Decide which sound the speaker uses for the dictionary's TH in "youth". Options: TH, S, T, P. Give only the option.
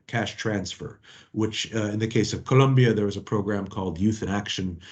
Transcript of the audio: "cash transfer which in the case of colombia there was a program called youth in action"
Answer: TH